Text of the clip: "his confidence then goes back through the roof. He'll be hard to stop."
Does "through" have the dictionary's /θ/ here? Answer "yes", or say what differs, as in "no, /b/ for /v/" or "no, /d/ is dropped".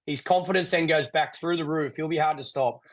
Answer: yes